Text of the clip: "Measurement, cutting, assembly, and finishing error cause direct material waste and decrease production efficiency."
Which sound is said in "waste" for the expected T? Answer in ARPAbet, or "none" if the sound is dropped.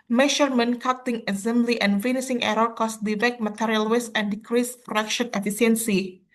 none